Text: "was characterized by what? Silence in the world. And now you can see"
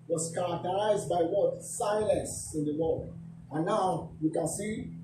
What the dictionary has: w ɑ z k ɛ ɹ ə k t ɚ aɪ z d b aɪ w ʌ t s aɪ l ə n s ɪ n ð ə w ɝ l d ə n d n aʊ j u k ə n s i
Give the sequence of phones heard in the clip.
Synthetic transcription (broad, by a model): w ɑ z k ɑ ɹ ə k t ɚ aɪ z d b aɪ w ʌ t s aɪ l ə n s ɪ n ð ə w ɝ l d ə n n aʊ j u k ə n s i